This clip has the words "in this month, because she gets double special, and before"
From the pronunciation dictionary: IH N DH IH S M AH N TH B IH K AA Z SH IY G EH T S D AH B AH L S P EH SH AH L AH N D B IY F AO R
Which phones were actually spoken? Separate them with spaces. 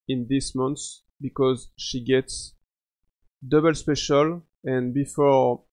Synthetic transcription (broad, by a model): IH N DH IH S M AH N S B IH K AA Z SH IY G EH T S D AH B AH L S P EH SH AH L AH N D B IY F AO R